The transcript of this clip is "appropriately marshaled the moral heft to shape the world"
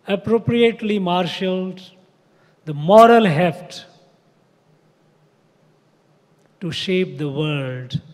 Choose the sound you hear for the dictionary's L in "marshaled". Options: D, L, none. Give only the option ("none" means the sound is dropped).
L